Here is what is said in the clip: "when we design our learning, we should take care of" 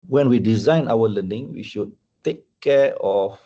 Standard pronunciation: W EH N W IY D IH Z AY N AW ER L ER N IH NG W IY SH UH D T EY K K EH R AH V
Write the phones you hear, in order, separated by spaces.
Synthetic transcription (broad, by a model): W EH N W IY D IH Z AY N AW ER L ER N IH NG W IY SH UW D T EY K K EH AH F